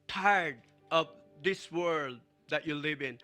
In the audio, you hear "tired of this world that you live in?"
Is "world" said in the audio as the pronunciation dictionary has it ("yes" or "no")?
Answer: yes